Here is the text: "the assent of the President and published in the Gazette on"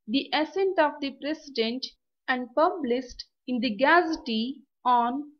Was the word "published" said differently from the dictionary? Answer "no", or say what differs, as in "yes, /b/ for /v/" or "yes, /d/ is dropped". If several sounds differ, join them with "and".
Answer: yes, /s/ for /ʃ/